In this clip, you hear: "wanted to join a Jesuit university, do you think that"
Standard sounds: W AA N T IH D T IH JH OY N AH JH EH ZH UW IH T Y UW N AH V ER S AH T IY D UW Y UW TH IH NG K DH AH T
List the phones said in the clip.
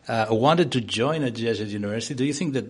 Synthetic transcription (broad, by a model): W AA N T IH D T IH JH OY N AH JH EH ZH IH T Y UW N AH V ER S AH T IY D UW Y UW TH IH NG K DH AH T